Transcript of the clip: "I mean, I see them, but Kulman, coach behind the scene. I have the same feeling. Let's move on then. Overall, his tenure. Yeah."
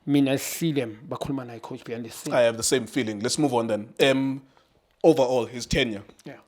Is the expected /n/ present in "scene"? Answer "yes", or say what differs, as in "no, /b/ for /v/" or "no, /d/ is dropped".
no, /n/ is dropped